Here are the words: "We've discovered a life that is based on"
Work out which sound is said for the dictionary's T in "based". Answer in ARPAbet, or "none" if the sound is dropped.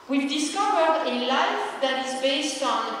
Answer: T